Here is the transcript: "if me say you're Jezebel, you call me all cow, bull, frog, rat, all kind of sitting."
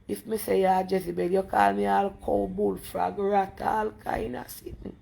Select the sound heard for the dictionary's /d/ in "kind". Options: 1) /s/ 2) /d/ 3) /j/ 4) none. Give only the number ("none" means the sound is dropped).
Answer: 4